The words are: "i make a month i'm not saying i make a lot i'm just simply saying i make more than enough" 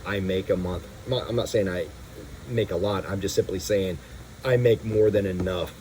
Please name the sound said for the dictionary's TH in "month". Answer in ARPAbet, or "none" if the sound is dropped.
TH